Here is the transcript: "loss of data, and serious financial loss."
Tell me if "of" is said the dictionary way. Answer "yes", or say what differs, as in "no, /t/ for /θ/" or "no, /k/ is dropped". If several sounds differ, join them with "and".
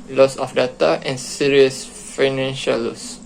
no, /f/ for /v/